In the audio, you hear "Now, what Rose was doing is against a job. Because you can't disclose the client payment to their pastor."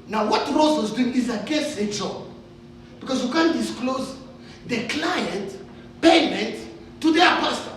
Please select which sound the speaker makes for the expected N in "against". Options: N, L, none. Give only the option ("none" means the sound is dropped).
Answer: none